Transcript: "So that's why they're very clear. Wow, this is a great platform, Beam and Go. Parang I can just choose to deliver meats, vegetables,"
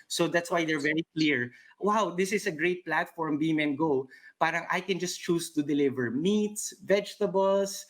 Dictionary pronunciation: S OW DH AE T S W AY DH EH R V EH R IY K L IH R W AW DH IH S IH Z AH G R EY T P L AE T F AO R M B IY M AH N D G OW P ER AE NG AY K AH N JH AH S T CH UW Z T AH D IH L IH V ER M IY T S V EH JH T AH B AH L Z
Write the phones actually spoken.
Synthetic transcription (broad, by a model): S OW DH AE T S W AY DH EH R V EH R IY K L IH R W AW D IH S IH S AH G R EY T P L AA T F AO R M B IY M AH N G OW P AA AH NG AY K AH N JH AH S T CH UW S T AH D IH L IH V ER M IY T S V EH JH T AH B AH L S